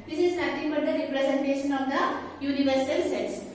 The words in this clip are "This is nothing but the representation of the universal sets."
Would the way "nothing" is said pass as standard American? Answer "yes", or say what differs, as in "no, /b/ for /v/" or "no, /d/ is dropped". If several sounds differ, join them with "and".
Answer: no, /t/ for /θ/